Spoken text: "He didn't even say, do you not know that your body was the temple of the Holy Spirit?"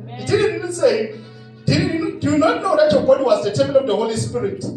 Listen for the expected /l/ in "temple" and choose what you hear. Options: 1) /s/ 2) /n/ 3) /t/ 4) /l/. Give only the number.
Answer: 2